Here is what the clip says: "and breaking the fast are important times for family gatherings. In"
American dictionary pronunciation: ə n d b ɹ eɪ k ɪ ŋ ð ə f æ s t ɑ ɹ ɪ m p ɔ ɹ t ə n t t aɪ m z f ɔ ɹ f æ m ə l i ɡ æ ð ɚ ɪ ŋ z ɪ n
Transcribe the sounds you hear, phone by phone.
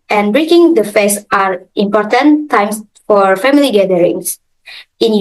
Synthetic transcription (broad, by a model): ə n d b ɹ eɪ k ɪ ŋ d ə f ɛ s ɑ ɹ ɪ m p ɔ ɹ t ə n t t aɪ m s f ɔ ɹ f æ m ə l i ɡ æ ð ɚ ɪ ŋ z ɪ n